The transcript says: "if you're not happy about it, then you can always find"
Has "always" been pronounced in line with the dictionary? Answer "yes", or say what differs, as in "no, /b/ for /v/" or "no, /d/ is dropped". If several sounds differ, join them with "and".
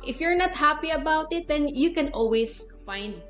no, /s/ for /z/